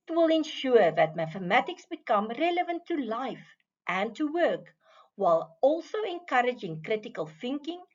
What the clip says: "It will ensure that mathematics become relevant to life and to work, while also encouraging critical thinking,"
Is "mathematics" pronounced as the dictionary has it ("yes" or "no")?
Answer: yes